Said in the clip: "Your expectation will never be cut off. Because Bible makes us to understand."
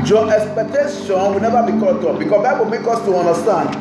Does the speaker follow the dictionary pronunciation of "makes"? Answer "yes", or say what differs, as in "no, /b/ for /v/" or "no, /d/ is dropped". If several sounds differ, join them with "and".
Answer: no, /s/ is dropped